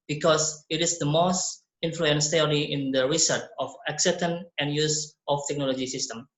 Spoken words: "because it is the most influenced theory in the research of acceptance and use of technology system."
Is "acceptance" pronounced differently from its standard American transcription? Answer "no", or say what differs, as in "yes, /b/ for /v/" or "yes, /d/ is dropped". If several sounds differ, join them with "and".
yes, /p/ is dropped and /s/ is dropped